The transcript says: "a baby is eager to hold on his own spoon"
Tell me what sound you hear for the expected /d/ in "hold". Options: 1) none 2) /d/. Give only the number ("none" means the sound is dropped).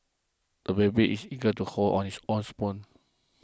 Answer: 1